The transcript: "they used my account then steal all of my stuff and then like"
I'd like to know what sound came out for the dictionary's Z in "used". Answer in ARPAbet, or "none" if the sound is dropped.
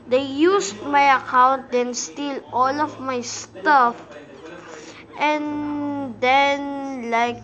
S